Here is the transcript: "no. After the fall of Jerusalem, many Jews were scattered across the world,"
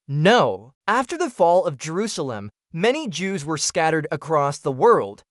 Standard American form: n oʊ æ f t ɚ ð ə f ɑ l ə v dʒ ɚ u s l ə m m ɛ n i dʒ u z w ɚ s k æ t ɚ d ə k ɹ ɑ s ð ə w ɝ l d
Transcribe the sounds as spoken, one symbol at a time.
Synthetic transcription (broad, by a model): n oʊ æ f t ɚ ð ə f ɑ l ə v dʒ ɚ u s l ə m m ɛ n i dʒ u z w ɚ s k æ t ɚ d ə k ɹ ɑ s ð ə w ɝ l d